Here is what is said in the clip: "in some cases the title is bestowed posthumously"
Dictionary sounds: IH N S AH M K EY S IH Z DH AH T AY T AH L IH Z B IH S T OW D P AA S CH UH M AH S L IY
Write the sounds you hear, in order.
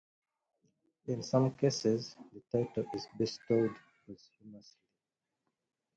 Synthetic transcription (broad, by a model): IH N S AH M K EY S IH Z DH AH T AY T AH L IH Z B IH S T OW D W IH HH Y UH M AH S IY